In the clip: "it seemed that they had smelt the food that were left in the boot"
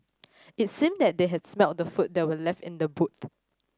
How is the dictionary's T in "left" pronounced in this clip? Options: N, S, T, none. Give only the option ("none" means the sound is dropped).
T